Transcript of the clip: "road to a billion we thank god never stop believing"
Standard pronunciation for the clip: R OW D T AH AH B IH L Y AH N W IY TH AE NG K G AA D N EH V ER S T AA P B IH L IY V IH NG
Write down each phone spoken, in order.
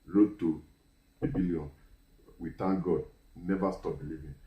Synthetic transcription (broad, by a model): R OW T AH AH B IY L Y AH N W IY T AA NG G AA D N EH V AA S T AA P B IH L IY V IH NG